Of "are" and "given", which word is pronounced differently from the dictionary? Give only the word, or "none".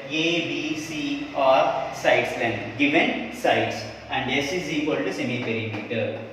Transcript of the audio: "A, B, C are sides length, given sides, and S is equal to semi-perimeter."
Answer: none